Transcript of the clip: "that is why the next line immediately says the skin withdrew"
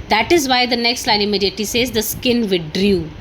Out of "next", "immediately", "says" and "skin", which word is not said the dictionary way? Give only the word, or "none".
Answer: immediately